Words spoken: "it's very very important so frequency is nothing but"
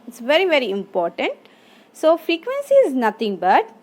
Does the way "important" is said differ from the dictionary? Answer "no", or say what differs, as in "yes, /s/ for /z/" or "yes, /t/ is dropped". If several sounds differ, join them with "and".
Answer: no